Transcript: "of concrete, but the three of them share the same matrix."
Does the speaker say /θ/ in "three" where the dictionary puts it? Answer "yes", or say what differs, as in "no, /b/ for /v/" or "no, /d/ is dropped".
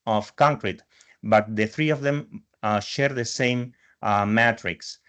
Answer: yes